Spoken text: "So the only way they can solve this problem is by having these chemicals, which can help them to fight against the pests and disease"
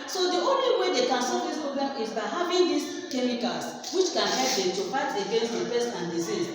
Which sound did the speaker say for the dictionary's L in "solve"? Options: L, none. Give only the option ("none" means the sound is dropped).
none